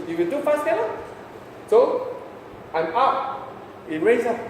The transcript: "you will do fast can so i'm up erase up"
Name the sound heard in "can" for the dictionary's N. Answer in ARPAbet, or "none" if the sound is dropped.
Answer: L